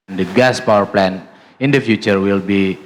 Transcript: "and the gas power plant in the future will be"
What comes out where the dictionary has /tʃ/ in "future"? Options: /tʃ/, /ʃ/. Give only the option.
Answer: /tʃ/